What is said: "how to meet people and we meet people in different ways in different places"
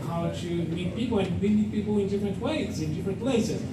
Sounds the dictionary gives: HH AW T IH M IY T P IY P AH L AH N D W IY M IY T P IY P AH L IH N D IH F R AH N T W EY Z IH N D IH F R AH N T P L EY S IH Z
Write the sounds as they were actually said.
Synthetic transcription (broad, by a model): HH AW T IH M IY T P IY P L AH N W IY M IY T P IY P L IH N D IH F R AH N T W EY Z IH N D IH F R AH N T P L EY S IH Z